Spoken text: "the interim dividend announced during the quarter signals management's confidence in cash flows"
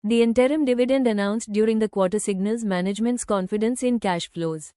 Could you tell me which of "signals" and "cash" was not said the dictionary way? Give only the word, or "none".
none